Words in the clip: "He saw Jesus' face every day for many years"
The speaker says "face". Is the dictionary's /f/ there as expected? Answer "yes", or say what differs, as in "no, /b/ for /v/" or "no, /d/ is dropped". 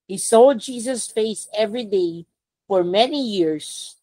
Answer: yes